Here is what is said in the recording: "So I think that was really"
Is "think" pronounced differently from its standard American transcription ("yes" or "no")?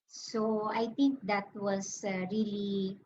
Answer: yes